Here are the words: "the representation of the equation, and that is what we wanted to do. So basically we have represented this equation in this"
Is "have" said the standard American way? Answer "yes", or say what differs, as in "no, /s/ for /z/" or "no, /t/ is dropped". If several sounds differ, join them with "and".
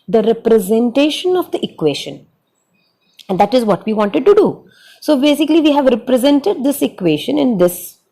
yes